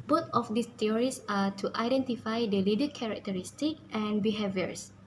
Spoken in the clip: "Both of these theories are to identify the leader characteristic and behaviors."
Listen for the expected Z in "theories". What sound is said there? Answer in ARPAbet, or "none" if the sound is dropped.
S